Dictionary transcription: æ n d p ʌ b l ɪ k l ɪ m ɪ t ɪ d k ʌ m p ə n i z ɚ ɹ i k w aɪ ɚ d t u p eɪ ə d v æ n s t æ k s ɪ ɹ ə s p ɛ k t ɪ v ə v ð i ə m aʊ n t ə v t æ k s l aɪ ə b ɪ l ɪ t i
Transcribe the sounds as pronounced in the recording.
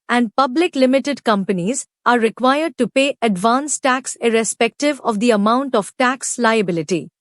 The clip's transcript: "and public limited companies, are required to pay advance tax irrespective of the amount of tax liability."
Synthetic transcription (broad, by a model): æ n d p ʌ b l ɪ k l ɪ m ɪ t ɪ d k ʌ m p ə n i z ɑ ɹ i k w aɪ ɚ d t u p eɪ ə d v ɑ n s t æ k s ɪ ɹ ə s p ɛ k t ɪ v ə v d i ə m aʊ n t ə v t æ k s l aɪ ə b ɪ l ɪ t i